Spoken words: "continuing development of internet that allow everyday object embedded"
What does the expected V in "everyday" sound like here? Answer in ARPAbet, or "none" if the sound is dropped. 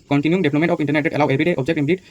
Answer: B